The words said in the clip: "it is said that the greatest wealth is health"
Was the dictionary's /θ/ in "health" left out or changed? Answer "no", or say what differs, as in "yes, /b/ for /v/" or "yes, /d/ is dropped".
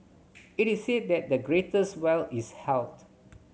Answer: yes, /t/ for /θ/